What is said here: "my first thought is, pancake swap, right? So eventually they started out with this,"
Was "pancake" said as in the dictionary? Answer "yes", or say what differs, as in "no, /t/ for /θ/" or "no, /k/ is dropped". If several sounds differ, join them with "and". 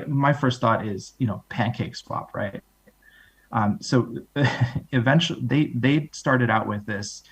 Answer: yes